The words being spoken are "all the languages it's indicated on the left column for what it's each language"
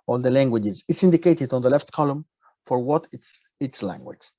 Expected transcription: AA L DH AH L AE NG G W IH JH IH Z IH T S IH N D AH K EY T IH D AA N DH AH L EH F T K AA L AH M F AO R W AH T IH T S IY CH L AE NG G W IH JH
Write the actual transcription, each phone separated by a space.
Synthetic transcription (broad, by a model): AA L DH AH L AE NG G W IH JH IH Z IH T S IH N D AH K EY T IH D AA N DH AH L EH F T K AA L AH M F AO R W AH T IH T S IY S L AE NG G W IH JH